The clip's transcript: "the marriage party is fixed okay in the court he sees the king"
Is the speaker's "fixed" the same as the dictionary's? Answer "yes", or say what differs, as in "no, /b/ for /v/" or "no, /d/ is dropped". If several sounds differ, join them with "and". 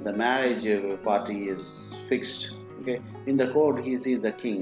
yes